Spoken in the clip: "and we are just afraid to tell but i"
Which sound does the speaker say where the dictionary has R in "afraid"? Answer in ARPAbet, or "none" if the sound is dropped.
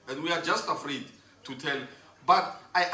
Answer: R